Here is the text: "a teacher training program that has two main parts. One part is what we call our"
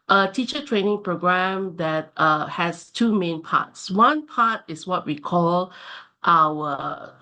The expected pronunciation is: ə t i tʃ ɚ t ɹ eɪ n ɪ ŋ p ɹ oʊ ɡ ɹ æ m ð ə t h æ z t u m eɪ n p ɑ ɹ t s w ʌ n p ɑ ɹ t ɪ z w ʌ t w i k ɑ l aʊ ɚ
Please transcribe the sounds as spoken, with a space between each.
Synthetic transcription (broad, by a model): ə t i tʃ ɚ t ɹ eɪ n ɪ ŋ p ɹ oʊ ɡ ɹ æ m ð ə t h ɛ s t u m eɪ n p ɑ t s w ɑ n p ɑ t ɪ s w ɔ t w i k ɑ l aʊ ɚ